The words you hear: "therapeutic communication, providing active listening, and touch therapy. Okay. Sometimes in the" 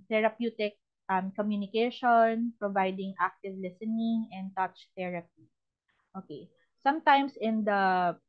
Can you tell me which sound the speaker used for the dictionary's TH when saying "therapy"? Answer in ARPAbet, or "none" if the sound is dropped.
T